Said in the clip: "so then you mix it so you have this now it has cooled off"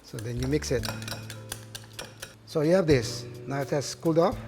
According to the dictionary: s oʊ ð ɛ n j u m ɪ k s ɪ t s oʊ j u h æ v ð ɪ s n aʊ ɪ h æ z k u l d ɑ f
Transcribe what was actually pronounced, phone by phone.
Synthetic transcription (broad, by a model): s oʊ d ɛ n j u m ɪ k s ɪ t s oʊ j u h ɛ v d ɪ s n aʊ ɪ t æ s k u l d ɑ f